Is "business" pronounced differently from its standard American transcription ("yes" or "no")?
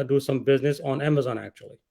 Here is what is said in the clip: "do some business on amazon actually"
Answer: no